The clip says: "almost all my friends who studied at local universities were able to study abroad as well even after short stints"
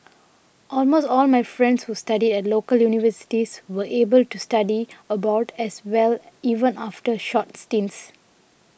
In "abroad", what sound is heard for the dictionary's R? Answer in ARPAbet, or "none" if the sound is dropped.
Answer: none